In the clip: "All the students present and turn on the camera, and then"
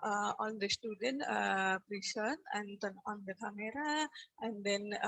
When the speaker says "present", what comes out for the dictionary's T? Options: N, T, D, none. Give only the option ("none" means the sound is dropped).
none